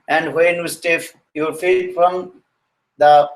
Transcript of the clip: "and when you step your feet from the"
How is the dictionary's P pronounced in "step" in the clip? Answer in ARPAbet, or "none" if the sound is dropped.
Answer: F